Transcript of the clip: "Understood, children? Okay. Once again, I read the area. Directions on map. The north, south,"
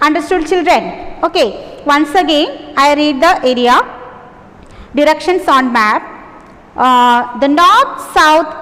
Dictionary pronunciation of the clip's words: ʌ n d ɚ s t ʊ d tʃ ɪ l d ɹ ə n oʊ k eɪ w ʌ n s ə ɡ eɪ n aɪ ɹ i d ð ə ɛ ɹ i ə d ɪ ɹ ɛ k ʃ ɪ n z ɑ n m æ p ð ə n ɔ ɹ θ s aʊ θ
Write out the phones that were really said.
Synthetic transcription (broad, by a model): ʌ n d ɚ s t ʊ d tʃ ɪ l d ɹ ə n oʊ k eɪ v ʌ n s ə ɡ eɪ n aɪ ɹ i d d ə ɛ ɹ i ə d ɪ ɹ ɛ k ʃ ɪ n s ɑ n m æ p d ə n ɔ ɹ t s aʊ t